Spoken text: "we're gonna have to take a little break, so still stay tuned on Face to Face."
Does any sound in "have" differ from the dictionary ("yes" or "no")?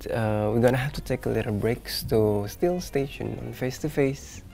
yes